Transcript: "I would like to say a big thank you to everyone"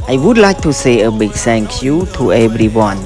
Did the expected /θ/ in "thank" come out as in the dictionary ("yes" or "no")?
no